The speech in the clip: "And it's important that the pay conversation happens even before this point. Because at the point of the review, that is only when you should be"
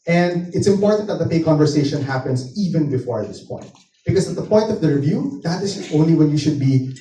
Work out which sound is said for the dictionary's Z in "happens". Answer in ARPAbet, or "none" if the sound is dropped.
S